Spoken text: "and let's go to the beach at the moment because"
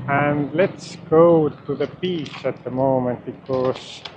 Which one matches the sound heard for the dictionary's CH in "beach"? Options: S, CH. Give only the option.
S